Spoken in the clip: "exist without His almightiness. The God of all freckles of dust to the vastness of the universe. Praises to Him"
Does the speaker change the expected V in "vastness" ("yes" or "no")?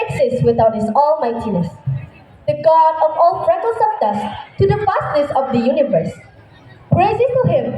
yes